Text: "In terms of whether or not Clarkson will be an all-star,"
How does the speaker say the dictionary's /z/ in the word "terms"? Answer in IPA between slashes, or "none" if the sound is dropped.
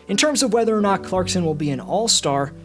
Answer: /z/